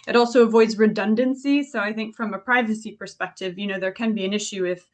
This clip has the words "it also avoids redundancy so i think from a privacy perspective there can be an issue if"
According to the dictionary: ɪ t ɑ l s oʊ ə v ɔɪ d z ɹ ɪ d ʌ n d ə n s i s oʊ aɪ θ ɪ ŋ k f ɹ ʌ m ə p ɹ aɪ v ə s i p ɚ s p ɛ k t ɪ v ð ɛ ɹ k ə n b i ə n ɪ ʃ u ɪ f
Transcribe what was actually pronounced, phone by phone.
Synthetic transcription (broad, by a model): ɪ t ɑ l s oʊ ə v ɔɪ d z ɹ ɪ d ʌ n d ə n s i s oʊ aɪ θ ɪ ŋ k f ɹ ʌ m ə p ɹ aɪ v ə s i p ɚ s p ɛ k t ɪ v ð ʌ ɹ k ə n b i ə n ɪ ʃ u ɪ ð